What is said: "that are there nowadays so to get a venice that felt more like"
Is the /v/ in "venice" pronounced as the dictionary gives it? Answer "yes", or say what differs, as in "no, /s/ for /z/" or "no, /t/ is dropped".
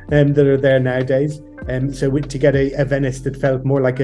yes